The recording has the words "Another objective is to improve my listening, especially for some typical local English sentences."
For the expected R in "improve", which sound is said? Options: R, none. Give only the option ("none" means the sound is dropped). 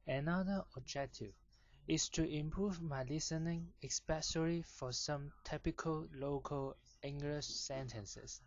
R